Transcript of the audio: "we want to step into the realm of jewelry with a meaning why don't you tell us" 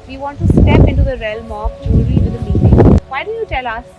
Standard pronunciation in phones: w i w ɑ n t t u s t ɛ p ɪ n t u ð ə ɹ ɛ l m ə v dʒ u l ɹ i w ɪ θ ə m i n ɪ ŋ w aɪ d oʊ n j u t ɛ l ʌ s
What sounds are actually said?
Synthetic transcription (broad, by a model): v i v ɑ n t t u s t ɛ p ɪ n t u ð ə ɹ ɛ l m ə f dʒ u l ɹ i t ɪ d ə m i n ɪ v aɪ d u j u t ɛ l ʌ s